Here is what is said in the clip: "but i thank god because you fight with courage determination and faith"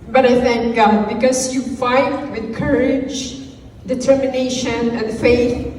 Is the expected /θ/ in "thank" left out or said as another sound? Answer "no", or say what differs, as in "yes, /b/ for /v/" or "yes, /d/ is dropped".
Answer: no